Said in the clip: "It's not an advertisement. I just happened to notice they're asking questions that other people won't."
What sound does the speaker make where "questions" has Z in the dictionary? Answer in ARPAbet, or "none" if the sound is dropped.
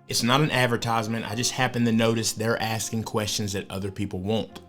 Z